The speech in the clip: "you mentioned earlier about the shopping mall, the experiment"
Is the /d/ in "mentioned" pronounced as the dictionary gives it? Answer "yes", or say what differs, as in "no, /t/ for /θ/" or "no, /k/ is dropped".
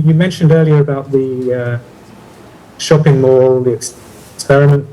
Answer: yes